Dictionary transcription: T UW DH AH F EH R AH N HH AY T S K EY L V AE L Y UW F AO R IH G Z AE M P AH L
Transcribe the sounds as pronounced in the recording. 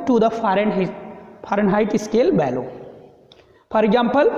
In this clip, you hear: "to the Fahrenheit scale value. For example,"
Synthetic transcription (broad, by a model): T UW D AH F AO R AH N HH AY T S K EY L B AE L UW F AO R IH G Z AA M P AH L